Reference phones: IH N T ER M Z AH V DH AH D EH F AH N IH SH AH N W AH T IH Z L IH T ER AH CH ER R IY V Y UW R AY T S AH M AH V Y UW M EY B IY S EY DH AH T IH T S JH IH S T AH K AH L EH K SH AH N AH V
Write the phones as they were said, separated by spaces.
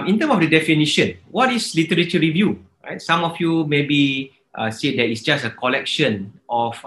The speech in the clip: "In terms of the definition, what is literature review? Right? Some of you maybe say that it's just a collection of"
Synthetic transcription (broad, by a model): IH N T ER M AH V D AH D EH F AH N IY SH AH N W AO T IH S L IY T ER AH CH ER R IY V Y UW R AY T S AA M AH F Y UW M EY B IY S EY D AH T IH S JH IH S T AH K AH L EH K SH AH N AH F